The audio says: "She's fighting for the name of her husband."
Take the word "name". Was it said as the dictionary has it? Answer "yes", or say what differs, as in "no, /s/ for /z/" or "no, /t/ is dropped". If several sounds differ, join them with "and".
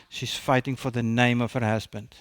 yes